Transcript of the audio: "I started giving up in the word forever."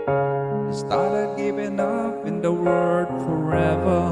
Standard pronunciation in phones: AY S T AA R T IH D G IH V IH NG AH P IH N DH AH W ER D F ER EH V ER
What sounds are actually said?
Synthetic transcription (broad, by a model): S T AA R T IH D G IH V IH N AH F IH N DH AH W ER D F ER EH V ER